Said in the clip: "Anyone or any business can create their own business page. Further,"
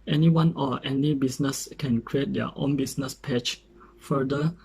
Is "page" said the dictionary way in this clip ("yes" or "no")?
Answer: no